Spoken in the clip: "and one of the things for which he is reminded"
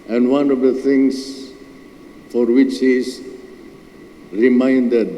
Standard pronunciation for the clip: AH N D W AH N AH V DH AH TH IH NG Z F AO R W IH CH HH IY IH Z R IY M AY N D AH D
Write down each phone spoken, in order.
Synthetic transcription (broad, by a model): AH N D W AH N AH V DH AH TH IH NG S F AO R W IH CH HH IY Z R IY M AY N D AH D